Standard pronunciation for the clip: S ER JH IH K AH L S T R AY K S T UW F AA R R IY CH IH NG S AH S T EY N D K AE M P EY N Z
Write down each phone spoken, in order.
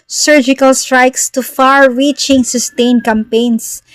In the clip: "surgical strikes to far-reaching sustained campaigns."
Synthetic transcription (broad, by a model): S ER JH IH K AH L S T R AY K S T UW F AA R R IY CH IH NG S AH S T EY N K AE M P EY N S